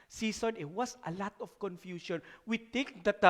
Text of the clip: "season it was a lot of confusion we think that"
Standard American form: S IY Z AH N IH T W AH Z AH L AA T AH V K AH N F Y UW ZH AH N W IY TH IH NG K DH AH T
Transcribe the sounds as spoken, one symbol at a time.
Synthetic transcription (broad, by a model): S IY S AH N IH T W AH S AH L AA T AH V K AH N F Y UW SH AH N W IY T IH NG K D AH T